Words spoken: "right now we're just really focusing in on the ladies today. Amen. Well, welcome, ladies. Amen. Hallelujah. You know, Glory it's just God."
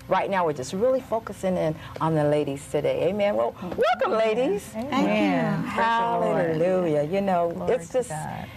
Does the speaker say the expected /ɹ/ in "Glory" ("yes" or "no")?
no